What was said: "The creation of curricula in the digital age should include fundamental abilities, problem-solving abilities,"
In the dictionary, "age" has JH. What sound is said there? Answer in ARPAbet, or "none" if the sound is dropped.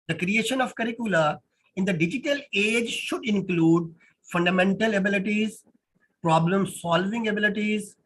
JH